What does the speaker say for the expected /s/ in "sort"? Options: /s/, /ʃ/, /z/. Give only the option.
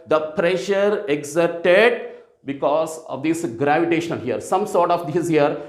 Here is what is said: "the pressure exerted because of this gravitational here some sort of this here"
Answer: /s/